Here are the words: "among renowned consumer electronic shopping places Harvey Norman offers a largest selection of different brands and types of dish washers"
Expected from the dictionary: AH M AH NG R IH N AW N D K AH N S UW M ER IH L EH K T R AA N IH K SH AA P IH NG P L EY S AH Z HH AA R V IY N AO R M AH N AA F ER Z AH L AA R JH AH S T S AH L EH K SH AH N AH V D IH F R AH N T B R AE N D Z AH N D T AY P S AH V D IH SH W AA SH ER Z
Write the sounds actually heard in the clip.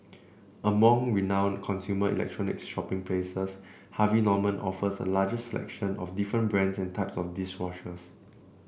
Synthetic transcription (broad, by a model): AH M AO NG R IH N AW N K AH N S UW M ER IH L EH K T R AA N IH K SH AA P IH NG P L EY S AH S HH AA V IY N AO M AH N AA F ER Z AH L AA JH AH S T S AH L EH K SH AH N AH F D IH F R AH N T B R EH N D S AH N T AY P S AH F D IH S W AA SH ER S